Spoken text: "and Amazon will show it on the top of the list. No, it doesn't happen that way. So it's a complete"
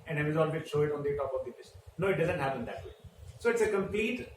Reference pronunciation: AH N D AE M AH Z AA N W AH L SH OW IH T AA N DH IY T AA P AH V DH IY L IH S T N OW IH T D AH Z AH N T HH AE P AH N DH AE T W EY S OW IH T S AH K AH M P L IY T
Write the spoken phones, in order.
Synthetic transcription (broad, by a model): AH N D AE AH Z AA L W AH SH OW IH T AA N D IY T AA P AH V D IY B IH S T N OW IH T D AH Z AH N T HH AE P AH N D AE T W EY S OW IH T S AH K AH M P L IY T